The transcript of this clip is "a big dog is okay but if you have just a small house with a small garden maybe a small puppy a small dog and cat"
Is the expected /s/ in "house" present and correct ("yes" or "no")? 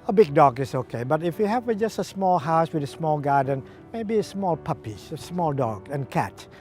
yes